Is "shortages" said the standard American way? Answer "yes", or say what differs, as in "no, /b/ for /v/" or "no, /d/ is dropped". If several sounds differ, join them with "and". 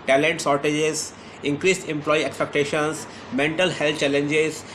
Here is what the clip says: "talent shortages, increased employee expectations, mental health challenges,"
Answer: no, /s/ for /ʃ/